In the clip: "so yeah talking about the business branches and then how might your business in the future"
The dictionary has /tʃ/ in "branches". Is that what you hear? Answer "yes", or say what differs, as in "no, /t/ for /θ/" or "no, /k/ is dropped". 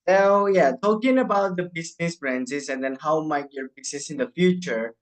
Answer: no, /s/ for /tʃ/